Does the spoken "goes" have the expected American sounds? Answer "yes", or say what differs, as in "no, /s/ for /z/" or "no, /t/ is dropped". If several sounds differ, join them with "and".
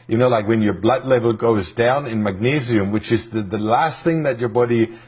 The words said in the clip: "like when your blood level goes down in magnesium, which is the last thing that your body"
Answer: yes